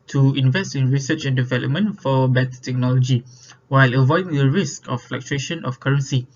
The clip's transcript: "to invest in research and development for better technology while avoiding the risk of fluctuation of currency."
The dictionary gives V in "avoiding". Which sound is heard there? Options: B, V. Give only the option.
V